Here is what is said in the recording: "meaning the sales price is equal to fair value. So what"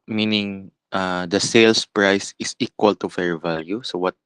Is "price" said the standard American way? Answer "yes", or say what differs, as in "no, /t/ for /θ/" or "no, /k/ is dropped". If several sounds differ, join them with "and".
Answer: yes